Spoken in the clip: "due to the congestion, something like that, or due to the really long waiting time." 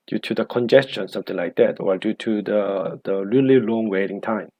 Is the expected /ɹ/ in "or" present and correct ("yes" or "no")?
no